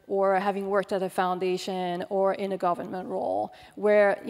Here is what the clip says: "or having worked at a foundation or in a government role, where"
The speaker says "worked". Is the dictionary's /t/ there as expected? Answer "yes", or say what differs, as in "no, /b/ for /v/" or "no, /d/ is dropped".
yes